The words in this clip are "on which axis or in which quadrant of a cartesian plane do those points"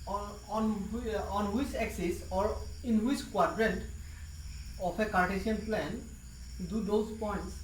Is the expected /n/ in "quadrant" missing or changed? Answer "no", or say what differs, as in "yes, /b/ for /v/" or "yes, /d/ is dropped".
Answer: no